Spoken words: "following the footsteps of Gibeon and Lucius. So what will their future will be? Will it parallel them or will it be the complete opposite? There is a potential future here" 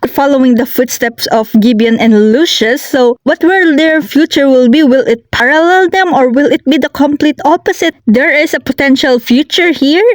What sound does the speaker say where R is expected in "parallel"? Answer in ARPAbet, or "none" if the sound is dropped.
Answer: R